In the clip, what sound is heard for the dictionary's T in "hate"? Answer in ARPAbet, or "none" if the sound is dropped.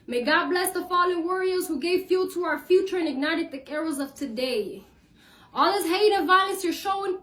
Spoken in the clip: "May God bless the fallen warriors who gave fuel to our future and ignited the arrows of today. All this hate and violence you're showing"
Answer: none